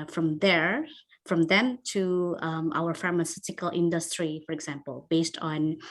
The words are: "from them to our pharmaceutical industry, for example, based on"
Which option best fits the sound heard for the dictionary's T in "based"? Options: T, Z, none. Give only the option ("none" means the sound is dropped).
T